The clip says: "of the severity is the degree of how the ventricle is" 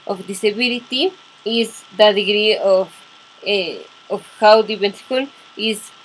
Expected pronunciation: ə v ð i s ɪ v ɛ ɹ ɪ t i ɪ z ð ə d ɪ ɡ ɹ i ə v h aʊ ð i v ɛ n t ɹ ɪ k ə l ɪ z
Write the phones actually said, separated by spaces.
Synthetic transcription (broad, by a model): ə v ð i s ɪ b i l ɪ t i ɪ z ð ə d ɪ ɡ ɹ i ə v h aʊ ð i b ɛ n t ɪ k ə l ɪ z